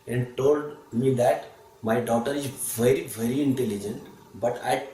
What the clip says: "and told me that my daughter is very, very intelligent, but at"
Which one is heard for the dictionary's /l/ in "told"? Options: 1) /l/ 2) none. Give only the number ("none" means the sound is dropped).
1